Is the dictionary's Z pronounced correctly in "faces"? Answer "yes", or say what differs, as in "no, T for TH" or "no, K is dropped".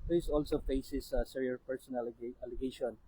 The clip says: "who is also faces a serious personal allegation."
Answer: no, S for Z